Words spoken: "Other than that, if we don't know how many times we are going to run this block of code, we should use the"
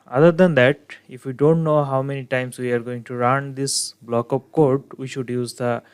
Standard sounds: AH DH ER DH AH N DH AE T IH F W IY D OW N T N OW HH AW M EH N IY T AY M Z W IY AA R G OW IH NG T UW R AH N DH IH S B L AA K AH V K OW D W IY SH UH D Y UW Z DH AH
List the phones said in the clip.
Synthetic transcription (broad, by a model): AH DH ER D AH N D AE T IH F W IY D OW N T N OW HH AW M EH N IY T AY M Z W IY AA R G OW IH NG T UW R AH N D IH S B L AA K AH P K OW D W IY SH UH D Y UW Z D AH